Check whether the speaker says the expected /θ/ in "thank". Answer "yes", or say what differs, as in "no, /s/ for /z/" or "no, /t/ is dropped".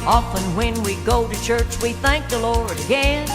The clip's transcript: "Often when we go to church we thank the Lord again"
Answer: yes